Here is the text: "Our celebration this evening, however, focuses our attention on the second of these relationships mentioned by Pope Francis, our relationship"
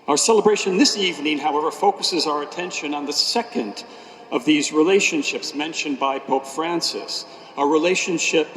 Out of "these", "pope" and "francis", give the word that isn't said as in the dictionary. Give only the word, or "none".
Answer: none